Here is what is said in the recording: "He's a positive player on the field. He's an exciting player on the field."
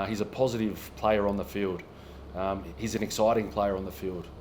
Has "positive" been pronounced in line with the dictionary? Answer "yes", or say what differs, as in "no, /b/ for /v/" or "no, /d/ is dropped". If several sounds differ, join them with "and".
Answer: yes